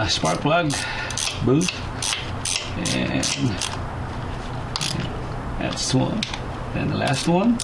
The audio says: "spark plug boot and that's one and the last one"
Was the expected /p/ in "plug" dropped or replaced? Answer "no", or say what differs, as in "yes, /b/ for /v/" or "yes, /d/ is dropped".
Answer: yes, /b/ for /p/